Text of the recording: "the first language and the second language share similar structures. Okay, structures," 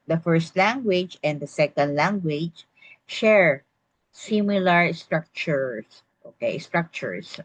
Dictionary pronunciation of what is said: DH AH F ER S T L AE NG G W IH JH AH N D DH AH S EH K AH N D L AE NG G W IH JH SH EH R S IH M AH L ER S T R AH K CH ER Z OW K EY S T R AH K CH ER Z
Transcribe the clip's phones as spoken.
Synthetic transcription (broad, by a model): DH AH F ER S T L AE NG G W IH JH AH N D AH S EH K AH N D L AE NG G W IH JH SH EH R S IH M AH L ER S T R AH K CH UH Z OW K EY S T R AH K CH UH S